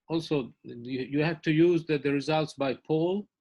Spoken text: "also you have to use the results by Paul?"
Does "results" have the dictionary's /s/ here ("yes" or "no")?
yes